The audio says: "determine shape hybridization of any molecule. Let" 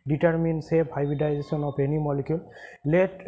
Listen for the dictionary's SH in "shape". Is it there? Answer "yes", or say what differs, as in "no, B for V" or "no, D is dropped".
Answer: no, S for SH